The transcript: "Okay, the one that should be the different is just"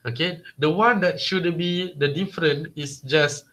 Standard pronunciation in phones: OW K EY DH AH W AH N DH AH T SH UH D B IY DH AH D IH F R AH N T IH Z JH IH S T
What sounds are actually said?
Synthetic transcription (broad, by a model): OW K EY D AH W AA N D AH T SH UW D B IY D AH D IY F R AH N IH S JH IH S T